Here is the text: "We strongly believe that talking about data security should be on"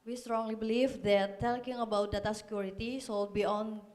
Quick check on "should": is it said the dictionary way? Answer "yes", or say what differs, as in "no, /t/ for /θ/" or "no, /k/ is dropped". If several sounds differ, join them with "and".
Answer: no, /s/ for /ʃ/